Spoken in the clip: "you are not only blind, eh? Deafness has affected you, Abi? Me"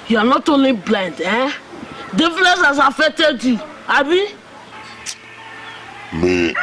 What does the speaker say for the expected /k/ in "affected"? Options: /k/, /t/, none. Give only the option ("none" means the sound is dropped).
none